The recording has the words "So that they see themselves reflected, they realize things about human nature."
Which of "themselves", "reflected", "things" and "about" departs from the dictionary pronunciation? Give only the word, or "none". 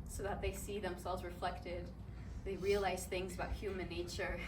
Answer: none